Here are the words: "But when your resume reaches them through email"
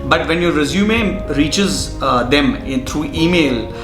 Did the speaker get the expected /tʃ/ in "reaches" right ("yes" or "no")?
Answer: yes